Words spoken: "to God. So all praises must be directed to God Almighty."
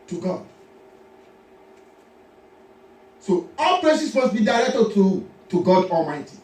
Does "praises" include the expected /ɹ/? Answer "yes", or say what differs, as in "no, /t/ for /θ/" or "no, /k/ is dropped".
no, /l/ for /ɹ/